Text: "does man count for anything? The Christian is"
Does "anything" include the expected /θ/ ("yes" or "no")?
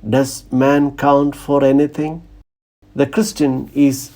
no